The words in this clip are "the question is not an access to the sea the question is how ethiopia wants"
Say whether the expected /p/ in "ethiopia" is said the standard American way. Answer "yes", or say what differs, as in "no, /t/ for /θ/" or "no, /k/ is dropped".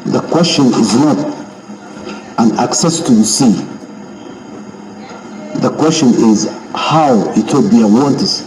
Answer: no, /b/ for /p/